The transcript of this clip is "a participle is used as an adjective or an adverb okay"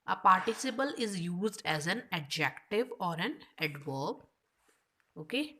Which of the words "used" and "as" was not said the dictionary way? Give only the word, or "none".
none